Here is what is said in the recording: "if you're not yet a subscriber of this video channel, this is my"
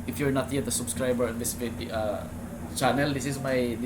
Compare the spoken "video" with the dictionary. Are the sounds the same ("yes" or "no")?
no